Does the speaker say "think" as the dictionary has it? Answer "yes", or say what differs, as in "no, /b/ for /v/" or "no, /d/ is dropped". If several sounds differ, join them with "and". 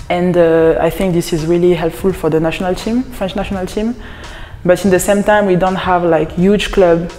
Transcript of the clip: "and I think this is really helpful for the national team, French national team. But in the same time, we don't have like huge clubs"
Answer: yes